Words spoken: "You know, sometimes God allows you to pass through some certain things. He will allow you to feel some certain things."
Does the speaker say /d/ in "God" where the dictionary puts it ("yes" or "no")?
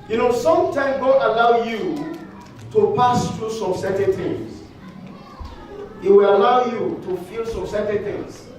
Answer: no